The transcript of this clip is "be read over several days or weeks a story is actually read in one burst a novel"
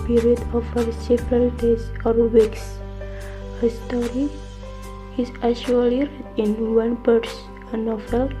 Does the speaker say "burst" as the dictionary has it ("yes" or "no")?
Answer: no